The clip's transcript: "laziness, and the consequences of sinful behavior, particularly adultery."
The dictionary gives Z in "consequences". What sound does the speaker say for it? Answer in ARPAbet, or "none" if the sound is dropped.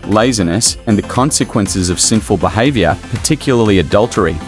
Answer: Z